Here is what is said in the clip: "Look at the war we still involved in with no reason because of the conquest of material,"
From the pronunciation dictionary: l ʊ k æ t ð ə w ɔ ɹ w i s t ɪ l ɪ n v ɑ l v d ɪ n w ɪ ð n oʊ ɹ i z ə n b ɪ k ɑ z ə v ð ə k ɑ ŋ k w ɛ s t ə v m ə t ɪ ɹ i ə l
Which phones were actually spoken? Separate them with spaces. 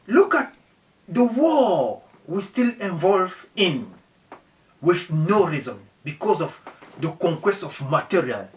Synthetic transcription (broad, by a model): l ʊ k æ t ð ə w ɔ w i s t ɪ l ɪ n v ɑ l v ɪ n w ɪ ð n oʊ ɹ i z ə n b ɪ k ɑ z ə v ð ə k ɑ ŋ k w ɛ s t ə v m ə t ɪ ɹ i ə l